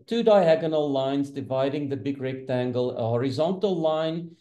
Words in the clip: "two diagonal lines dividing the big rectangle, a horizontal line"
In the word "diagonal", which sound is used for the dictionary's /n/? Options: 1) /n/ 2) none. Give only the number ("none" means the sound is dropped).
1